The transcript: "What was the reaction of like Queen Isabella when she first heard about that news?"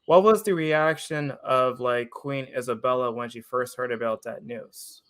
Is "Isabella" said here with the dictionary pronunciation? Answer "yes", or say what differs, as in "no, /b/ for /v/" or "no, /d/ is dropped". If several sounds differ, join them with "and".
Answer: yes